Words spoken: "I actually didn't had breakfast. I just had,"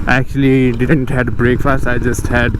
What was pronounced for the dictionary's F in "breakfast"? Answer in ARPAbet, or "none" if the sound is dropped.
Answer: F